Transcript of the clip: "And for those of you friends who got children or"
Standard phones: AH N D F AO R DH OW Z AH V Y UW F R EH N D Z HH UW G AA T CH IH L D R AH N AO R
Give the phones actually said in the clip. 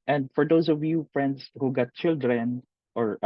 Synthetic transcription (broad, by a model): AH N D F AO R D OW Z AH V Y UW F R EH N D S HH UW G AA T CH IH L D R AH N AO R